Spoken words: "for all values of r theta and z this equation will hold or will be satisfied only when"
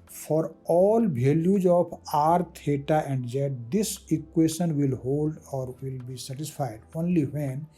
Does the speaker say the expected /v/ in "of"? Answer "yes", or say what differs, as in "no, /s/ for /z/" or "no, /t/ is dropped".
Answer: no, /p/ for /v/